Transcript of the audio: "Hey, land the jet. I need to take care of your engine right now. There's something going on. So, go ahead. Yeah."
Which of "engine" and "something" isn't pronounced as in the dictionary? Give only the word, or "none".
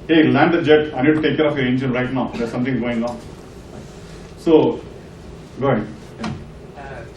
something